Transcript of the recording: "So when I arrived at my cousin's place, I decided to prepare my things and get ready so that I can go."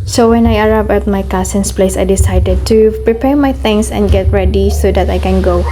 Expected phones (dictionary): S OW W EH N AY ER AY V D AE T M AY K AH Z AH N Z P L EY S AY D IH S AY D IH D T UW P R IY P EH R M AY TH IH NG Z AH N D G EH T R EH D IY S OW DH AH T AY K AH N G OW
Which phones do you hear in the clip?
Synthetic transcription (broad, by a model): S OW W EH N AY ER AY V EH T M AY K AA S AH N S P L EY S AY D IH S AY D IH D T UW P R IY P EH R M AY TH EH NG S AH N G EH T R EH D IY S OW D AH T AY K AH N G OW